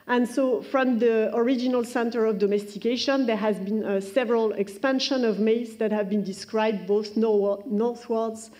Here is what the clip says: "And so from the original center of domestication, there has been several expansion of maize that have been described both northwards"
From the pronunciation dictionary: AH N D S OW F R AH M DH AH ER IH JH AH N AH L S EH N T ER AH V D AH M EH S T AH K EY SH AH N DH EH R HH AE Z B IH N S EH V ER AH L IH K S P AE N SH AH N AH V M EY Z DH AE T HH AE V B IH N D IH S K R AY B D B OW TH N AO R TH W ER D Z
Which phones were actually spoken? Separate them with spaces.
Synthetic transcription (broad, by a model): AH N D S OW F R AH M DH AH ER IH JH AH N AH L S EH N T ER AH V D AH M EH S T AH K EY SH AH N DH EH R HH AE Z B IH N S EH V ER AH L IH K S P AE N SH AH N AH V M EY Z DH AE T HH AE V B IH N D IH S K R AY B D B OW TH N AO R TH W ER D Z